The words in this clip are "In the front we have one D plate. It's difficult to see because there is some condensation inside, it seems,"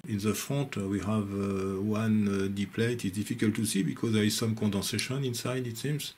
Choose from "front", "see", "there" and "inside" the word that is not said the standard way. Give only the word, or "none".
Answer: front